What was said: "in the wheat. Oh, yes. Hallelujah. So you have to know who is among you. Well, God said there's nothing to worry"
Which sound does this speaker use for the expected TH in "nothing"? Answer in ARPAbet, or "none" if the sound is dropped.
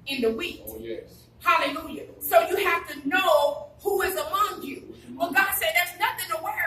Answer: TH